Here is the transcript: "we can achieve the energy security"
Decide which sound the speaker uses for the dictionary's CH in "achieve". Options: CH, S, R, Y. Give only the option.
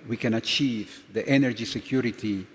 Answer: CH